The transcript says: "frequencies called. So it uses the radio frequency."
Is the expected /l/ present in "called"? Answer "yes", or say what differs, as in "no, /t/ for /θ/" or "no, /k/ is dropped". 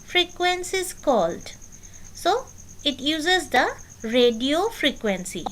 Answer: yes